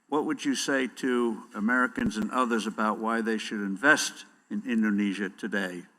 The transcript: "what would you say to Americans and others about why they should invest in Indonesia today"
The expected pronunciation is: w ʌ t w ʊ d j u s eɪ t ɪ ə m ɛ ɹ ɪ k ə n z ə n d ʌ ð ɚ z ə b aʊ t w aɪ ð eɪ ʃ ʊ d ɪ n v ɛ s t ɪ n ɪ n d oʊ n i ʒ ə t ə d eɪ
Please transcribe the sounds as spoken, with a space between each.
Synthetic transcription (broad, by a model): w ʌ t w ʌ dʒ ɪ s eɪ t ɪ ə m ɛ ɹ ɪ k ə n z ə n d ʌ ð ɚ z ə b aʊ t w aɪ ð eɪ ʃ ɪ d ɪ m v ɛ s t ɪ n ɪ n d oʊ n i ʒ ə t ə d eɪ